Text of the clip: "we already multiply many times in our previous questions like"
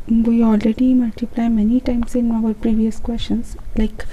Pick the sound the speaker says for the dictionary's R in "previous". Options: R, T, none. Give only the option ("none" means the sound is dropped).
R